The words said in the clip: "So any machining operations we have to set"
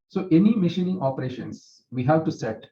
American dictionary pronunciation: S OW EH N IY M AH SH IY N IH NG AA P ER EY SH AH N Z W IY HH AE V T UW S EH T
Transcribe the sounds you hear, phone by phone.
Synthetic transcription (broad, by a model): S OW EH N IY M AH SH IY N IH NG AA P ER EY SH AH N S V IY HH AE V T UW S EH T